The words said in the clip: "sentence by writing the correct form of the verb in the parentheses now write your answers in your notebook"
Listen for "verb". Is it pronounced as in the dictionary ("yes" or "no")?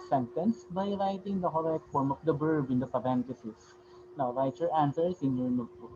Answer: no